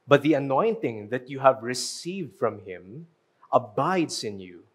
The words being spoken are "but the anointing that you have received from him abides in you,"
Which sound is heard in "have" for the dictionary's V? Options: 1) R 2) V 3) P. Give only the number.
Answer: 2